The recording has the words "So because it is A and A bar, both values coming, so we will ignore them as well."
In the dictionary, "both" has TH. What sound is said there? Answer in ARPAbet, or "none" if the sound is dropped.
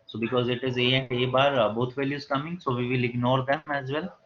T